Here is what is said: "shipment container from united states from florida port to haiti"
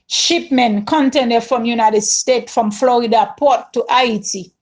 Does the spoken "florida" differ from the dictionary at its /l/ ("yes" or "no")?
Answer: no